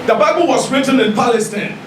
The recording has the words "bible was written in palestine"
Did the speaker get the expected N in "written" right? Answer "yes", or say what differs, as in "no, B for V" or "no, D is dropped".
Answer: yes